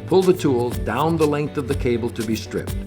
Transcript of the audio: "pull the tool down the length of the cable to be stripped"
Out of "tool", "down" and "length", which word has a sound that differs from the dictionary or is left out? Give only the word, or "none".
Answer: none